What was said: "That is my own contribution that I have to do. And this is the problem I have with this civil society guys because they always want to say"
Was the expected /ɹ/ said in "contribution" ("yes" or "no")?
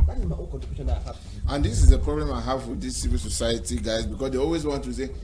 no